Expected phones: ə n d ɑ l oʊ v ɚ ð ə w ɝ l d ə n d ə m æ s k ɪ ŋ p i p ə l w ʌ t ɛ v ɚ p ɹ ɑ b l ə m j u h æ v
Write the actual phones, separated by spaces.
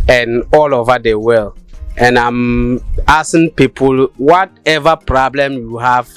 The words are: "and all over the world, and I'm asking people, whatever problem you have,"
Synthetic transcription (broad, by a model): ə n ɑ l oʊ v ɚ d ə w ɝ l ə n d ə m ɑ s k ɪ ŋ p i p ə l w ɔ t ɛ v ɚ p ɹ ɑ b l ə m j u h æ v